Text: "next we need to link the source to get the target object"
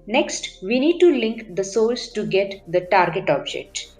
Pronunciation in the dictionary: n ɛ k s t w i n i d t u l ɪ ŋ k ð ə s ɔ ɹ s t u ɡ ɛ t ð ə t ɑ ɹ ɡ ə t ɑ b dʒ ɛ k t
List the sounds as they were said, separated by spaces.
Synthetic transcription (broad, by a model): n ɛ k s t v i n i d t u l ɪ ŋ k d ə s ɔ l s t u ɡ ɛ t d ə t ɑ ɹ ɡ ə t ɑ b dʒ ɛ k t